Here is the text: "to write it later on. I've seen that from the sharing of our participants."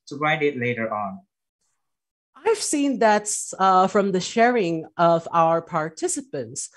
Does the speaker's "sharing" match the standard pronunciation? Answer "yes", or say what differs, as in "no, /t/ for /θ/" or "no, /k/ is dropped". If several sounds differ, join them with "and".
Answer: yes